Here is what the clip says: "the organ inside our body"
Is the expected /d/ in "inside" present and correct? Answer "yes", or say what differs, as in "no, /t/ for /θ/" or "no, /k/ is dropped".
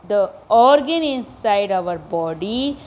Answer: yes